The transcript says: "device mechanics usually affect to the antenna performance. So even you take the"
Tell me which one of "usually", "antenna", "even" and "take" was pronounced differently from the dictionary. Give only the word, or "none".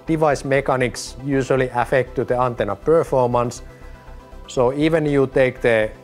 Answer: usually